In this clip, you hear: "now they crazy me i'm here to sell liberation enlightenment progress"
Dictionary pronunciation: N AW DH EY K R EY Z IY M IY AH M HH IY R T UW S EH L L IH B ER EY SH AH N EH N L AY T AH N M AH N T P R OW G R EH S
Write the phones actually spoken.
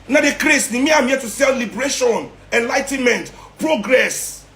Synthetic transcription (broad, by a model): N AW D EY K R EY S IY M IY AH M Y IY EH T UW S EH L L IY B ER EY SH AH N EH N L AY T AH N M AH N T P R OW G R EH S